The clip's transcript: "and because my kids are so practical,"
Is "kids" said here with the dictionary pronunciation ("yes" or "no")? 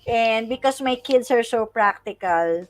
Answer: no